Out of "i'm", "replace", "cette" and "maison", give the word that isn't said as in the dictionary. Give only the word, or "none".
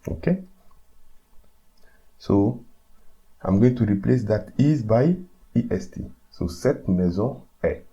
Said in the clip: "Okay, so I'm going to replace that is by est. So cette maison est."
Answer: maison